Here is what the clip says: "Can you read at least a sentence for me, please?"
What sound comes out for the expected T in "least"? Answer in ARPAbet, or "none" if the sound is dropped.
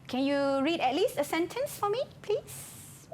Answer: T